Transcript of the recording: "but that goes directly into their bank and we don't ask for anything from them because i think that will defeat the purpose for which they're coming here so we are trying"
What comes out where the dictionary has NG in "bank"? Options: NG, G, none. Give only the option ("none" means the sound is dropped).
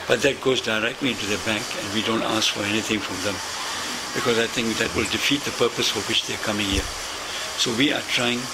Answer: NG